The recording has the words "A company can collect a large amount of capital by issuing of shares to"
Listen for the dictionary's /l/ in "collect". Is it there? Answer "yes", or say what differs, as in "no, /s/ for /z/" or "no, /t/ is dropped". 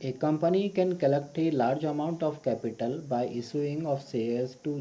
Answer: yes